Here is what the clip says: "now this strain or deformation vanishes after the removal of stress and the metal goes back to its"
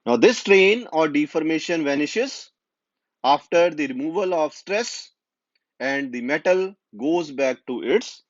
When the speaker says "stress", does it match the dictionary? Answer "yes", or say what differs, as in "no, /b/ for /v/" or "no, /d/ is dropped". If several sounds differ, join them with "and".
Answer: yes